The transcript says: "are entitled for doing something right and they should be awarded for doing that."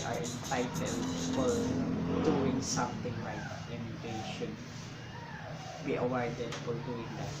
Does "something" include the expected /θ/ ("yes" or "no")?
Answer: no